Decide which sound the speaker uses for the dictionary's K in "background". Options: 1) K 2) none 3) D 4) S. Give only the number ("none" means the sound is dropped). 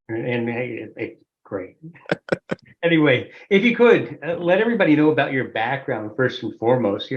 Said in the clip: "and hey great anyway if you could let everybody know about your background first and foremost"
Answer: 1